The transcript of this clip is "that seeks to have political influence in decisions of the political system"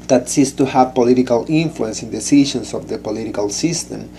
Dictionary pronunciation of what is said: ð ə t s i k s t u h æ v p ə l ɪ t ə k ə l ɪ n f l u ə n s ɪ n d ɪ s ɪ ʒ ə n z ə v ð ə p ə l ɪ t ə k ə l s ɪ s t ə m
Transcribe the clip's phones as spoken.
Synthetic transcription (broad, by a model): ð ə t s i s t u h æ v p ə l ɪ t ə k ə l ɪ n f l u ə n s ɪ n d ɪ s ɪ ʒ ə n s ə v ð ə p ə l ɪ t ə k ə l s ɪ s t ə m